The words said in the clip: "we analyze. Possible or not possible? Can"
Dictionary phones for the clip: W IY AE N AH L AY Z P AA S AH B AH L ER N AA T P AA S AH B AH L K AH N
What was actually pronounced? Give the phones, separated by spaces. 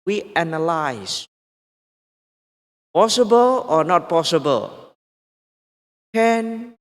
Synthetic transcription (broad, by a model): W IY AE N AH L AY S P AA S AH B AH L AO N AA T P AA S AH B AH L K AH N